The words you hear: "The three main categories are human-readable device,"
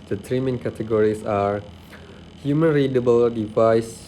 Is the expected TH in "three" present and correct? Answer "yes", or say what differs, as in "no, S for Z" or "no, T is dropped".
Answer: no, T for TH